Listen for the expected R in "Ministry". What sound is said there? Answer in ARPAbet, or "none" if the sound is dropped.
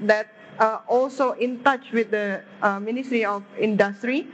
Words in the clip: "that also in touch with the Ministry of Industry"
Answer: R